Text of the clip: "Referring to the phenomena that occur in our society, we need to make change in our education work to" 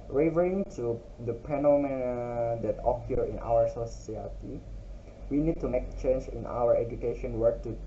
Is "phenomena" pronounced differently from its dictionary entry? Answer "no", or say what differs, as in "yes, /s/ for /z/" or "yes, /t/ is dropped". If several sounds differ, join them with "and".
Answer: yes, /p/ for /f/